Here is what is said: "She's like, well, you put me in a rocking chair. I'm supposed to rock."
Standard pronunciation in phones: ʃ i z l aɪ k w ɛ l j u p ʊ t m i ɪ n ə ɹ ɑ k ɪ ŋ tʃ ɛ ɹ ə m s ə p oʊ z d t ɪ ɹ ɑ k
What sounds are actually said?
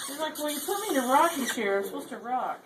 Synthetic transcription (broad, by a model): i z l aɪ k w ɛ n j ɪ p ʊ t m i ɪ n ə ɹ ɑ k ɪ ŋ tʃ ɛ ɹ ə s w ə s t ɪ ɹ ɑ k